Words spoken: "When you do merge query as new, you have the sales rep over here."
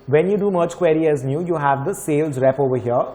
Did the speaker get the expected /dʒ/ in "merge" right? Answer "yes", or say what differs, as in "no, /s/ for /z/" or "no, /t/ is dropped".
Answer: no, /tʃ/ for /dʒ/